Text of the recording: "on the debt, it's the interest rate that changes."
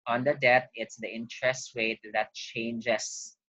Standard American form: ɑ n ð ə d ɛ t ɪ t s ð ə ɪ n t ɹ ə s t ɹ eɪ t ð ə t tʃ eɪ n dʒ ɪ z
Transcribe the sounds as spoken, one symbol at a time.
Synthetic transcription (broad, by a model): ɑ n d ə d ɛ t ɪ t s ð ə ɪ n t ɹ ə s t w eɪ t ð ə t tʃ eɪ n dʒ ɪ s